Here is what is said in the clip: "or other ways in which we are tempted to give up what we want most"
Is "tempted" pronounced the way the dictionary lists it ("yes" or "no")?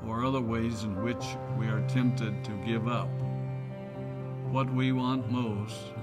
yes